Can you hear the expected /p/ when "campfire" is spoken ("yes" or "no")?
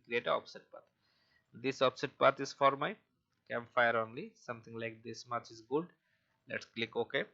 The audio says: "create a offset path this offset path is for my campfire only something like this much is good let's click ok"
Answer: no